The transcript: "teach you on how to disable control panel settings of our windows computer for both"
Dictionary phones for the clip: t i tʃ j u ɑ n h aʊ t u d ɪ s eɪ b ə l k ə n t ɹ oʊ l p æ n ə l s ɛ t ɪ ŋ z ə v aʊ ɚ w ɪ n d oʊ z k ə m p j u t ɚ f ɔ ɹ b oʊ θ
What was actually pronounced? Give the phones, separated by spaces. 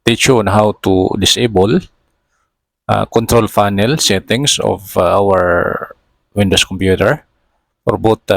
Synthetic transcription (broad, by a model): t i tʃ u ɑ n h aʊ t u d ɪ s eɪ b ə l k ə n t ɹ oʊ l f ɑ n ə l s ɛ t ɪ ŋ s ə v aʊ ɚ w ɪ n d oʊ s k ə m p j u t ɚ f ɔ ɹ b oʊ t